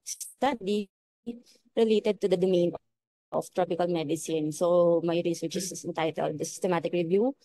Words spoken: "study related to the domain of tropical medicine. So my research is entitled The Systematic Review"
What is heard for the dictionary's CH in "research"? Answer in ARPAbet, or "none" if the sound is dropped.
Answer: S